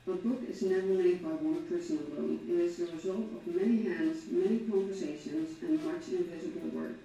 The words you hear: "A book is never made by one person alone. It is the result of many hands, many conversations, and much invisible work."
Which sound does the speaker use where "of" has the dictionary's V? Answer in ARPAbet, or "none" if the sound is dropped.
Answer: V